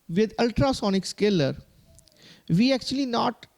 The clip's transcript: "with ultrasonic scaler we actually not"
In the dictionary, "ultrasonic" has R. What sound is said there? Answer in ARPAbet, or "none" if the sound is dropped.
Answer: R